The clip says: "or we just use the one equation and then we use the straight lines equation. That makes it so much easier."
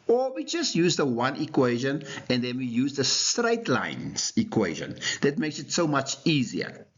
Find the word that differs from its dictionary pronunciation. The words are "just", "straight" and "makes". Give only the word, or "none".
none